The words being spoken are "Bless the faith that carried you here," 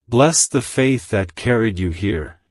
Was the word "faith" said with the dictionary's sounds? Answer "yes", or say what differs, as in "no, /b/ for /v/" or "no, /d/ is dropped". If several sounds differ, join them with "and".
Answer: yes